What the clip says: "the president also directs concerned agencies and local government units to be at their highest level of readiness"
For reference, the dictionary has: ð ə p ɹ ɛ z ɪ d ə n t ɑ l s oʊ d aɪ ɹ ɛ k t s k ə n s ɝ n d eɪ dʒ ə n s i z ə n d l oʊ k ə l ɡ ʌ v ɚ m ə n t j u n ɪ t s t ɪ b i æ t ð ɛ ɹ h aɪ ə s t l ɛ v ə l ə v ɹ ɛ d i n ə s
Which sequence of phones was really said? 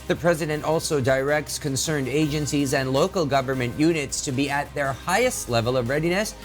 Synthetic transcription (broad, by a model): ð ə p ɹ ɛ z ɪ d ə n t ɑ l s oʊ d aɪ ɹ ɛ k t s k ə n s ɝ n d eɪ dʒ ə n s i z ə n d l oʊ k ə l ɡ ʌ v ɚ m ə n t j u n ɪ t s t ɪ b i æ t ð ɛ ɹ h aɪ ə s t l ɛ v ə l ə v ɹ ɛ d i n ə s